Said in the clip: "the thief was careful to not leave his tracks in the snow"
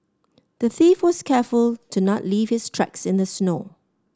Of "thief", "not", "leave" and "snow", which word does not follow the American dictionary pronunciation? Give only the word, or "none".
none